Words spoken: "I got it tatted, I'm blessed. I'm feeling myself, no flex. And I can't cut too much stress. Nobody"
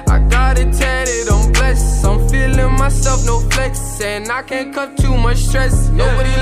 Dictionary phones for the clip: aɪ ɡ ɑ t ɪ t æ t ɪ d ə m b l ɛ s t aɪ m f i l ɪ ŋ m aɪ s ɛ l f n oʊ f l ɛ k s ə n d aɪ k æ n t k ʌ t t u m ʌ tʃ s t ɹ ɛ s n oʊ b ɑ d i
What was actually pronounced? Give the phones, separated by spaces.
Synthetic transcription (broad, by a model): aɪ ɡ ɑ t ɪ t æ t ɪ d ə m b l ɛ s aɪ m f i l ɪ ŋ m aɪ s ɛ l f n oʊ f l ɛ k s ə n aɪ k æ n k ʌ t t u m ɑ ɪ s t ɹ ɛ s n oʊ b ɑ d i